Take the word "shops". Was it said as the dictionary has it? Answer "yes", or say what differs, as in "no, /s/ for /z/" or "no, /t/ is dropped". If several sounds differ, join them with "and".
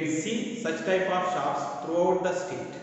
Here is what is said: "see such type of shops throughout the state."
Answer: no, /p/ is dropped